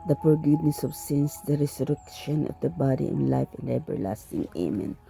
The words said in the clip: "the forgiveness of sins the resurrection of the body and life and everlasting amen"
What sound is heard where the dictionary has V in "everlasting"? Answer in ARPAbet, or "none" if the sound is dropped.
B